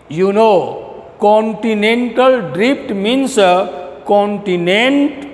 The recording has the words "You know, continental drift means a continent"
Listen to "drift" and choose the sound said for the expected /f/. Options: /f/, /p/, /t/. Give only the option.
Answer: /p/